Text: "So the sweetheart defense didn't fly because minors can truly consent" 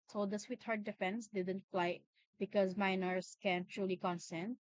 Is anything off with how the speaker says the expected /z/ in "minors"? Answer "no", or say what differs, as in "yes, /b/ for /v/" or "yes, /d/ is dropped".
yes, /s/ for /z/